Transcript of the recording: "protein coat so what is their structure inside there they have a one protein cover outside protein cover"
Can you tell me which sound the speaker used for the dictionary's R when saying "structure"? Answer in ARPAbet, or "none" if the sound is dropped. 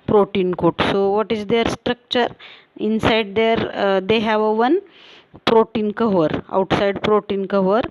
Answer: R